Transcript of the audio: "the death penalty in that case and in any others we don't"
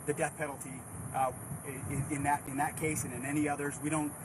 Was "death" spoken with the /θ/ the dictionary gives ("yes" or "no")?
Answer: yes